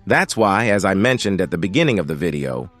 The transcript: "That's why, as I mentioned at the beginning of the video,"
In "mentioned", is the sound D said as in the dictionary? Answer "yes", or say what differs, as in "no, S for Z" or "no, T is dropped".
yes